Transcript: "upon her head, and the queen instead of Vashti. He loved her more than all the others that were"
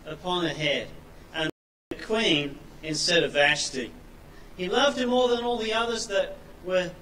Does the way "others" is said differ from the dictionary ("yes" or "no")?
no